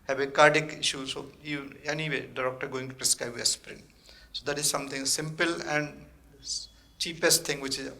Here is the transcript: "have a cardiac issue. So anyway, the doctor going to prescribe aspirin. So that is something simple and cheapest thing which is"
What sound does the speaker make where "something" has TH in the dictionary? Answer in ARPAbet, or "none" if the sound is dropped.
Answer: T